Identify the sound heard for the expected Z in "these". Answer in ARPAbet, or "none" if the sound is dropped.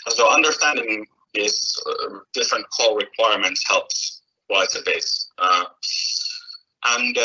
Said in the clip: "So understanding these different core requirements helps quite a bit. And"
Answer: S